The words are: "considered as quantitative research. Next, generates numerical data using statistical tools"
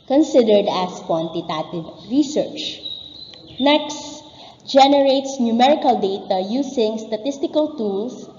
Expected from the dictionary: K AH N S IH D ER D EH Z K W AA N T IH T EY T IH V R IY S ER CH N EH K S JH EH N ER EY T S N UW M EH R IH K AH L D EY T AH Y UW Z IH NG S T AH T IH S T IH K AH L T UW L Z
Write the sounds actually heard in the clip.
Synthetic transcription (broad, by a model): K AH N S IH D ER D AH S K W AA N T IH T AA T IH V R IY S ER CH N EH K S JH EH N ER EY T S N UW M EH R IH K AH L D EY T AH Y UW S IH NG S T AH T IH S T IH K AH L T UW L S